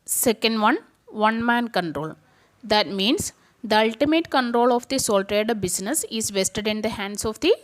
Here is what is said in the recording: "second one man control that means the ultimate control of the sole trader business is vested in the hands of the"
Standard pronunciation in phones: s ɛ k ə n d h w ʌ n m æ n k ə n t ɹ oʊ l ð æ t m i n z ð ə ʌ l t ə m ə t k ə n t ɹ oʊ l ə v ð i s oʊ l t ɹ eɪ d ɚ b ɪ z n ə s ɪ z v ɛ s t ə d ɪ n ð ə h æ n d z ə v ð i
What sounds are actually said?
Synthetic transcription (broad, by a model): s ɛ k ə n d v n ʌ n m æ n k ə n t ɹ oʊ l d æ t m i n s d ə ʌ l t ə m ə t k ə n t ɹ oʊ l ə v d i s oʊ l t ɹ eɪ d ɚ b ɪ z n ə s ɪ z v ɛ s t ə d ɪ n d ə h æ n d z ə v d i